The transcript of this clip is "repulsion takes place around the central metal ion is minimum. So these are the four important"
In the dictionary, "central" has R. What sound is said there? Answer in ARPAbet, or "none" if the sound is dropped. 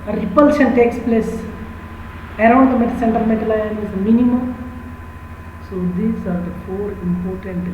none